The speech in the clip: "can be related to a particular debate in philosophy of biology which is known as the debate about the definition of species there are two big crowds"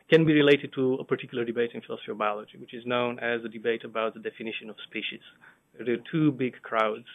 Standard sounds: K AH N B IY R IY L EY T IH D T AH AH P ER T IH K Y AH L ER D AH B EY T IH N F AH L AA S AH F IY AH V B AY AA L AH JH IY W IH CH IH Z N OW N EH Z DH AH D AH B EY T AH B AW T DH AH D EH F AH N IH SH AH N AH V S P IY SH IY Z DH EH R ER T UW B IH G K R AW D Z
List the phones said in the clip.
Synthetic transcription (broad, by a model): K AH N B IY R IY L EY T IH D T AH AH P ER T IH K Y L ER D AH B EY T IH N F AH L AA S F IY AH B AY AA L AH JH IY W IH CH IH Z N OW N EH Z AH D AH B EY T AH B AW T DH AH D EH F AH N IH SH AH N AH V S P IY SH IY Z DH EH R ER T UW B IH G K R AW D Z